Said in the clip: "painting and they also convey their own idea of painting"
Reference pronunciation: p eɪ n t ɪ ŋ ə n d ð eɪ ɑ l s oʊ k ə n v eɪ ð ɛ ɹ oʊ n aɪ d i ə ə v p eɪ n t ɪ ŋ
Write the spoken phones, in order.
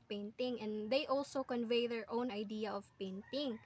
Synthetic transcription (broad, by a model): p eɪ n t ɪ ŋ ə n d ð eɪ ɑ l s oʊ k ə n v eɪ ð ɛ ɹ oʊ n aɪ d i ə ə v p eɪ n t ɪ ŋ